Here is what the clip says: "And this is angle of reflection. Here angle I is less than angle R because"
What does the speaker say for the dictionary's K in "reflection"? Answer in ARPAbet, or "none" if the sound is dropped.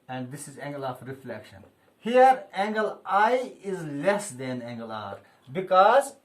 K